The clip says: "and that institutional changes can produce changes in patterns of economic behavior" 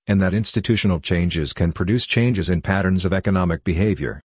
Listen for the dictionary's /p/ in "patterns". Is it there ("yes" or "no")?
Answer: yes